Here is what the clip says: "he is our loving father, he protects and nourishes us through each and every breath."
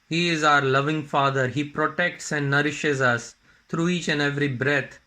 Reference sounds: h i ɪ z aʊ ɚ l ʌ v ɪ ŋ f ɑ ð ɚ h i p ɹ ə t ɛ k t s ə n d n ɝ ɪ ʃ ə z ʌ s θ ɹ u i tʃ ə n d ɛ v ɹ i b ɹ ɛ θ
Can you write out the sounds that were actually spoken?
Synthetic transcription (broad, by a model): h i ɪ z aʊ ɚ l ʌ v ɪ ŋ f ɑ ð ɚ h i p ɹ ə t ɛ k t s ə n d n ɝ ɪ ʃ ə z ʌ s t ɹ u i tʃ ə n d ɛ v ɹ i b ɹ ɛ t